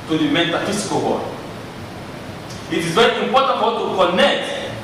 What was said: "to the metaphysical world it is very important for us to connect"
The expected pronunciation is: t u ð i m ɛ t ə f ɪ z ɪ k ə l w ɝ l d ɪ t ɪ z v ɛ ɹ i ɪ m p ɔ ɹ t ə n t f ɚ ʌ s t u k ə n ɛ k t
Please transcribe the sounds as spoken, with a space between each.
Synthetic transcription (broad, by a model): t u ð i m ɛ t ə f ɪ s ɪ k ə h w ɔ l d ɪ t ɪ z v ɛ ɹ i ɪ m p ɔ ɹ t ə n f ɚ t u k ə n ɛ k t